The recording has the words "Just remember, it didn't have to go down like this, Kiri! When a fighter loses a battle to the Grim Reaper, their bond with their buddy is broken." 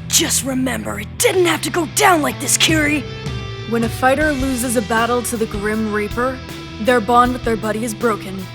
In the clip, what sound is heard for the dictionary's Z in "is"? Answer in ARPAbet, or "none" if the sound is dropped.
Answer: Z